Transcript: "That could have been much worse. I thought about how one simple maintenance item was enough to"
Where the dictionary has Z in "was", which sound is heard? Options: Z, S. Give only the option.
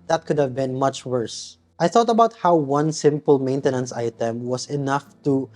S